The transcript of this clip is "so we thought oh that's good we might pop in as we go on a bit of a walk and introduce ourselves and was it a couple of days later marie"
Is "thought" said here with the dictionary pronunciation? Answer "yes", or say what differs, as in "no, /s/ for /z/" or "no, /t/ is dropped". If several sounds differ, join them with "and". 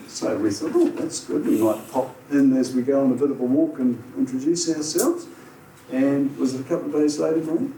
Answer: yes